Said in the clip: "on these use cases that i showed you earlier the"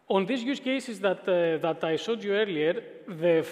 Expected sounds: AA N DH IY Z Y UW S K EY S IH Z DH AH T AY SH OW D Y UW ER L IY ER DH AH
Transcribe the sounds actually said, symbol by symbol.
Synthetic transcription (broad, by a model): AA N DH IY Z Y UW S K EY S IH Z DH AH T AY S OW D Y UW ER L IY ER DH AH